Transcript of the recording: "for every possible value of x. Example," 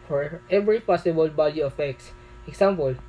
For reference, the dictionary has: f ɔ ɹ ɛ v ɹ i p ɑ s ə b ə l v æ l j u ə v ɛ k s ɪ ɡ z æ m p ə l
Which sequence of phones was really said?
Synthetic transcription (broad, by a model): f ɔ ɹ ɛ v ɹ i p ɑ s ə b ə l b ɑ l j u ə f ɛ k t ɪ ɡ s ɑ m p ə l